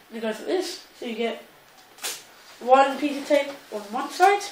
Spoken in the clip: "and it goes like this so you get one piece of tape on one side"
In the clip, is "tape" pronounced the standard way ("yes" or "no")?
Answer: no